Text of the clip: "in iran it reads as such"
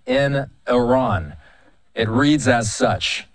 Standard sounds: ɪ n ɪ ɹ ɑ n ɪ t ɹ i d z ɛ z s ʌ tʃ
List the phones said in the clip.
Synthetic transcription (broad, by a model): ɪ n ɪ ɹ ɑ n ɪ t ɹ i d z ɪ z s ʌ tʃ